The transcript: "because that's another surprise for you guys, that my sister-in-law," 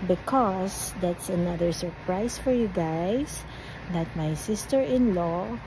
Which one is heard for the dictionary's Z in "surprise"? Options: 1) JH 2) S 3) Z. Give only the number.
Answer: 2